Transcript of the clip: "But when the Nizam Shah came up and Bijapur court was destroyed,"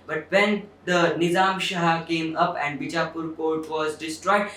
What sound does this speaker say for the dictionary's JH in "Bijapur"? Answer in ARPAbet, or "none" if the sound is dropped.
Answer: CH